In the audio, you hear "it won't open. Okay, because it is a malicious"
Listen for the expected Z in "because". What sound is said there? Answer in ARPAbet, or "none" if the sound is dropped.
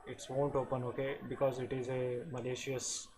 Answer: Z